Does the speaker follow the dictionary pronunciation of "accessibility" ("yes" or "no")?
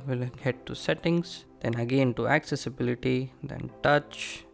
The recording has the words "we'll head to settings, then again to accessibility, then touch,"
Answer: yes